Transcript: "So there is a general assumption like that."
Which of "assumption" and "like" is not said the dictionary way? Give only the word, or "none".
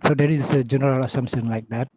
assumption